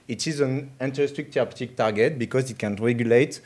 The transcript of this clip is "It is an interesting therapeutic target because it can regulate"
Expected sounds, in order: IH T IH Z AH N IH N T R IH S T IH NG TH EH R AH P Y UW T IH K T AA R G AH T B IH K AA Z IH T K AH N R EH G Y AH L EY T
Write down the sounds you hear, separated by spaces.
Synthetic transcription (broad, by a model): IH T IH Z AH N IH N T IH S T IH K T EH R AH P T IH K T AA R G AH T B IH K AA Z IH T K AH N R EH G Y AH L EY T